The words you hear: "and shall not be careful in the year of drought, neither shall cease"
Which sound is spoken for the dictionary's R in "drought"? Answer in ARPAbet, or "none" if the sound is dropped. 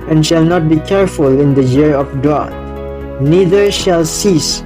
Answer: none